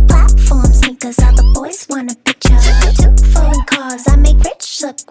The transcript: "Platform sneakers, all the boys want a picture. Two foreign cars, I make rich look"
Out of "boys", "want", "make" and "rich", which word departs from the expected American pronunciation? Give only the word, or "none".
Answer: want